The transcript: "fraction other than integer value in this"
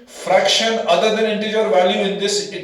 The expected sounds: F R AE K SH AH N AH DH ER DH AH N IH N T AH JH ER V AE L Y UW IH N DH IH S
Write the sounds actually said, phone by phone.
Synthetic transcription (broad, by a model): F R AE K SH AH N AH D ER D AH N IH N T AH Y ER V AE L Y UW IH N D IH S